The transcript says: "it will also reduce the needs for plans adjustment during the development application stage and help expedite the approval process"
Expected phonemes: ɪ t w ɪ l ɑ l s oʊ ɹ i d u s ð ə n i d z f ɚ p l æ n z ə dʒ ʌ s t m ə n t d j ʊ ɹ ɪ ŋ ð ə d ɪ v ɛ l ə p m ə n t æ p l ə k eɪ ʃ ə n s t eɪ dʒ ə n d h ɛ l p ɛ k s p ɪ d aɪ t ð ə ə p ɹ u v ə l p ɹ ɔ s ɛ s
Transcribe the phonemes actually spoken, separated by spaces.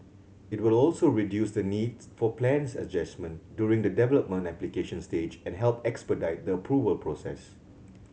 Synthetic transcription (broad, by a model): ɪ t w ɪ l ɑ l s oʊ ɹ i d u s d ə n i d s f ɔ p l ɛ n s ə dʒ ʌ s m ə n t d j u ɹ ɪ ŋ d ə d ɪ v ɛ l ə p m ə n t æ p l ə k eɪ ʃ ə n s t eɪ dʒ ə n h ɛ l p ɛ k s p ɪ d aɪ t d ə ə p ɹ u v ə l p ɹ ɔ s ɛ s